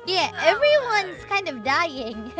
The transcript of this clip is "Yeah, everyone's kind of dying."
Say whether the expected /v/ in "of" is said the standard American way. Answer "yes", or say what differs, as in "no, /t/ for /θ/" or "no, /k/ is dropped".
yes